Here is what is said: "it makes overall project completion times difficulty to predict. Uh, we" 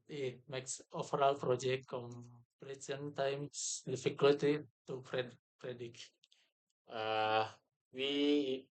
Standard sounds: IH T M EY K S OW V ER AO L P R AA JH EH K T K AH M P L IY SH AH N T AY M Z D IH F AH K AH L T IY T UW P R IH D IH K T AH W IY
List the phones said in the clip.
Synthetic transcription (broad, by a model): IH T M EY K S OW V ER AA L P R AA JH EH K T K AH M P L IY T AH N T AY M S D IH F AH K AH L T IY T UW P R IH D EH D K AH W IY